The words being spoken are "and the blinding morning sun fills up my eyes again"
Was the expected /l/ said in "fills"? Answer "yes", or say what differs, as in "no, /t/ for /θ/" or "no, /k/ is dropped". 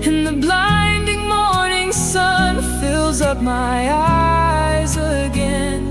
yes